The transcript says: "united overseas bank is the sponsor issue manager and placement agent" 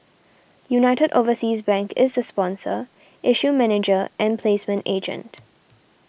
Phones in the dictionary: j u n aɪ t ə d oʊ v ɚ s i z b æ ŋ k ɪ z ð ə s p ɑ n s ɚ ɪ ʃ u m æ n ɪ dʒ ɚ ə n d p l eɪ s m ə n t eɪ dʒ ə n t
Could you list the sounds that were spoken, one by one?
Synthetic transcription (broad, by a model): j u n aɪ t ə d oʊ v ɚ s i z b æ ŋ k ɪ z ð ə s p ɑ n s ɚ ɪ ʃ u m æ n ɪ dʒ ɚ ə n p l eɪ s m ə n t eɪ dʒ ə n t